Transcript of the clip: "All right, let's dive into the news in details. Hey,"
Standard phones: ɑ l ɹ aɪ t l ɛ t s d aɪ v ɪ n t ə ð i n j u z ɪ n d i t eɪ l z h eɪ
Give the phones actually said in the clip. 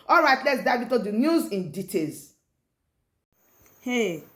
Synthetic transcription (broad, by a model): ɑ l ɹ aɪ t l ɛ t s d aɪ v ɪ t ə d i n j u z ɪ n d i t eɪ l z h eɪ